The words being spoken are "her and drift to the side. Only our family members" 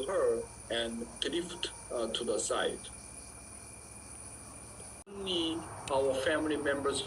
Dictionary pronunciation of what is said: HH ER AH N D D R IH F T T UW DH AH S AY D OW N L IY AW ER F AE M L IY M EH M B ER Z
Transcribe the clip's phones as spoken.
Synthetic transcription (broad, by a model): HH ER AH N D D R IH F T T UW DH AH S AY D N IY AW ER F AE M L IY M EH M B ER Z